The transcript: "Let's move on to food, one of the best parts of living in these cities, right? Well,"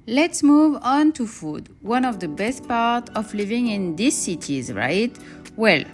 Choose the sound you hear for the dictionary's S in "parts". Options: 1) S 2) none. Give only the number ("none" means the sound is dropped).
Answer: 2